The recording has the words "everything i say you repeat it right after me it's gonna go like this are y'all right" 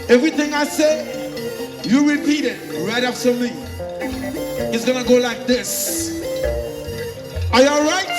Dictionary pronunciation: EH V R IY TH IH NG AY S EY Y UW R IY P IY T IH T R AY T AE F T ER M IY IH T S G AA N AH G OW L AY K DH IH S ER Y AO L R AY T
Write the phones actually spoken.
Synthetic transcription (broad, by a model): EH V R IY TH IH NG AY S EY Y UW R IY P IY T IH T R AY T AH P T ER M IY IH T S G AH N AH G OW L AY K DH IH S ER Y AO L R AY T